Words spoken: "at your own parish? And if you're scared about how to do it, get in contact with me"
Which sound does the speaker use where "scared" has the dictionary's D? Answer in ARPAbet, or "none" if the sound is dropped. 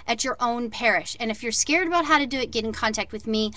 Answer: D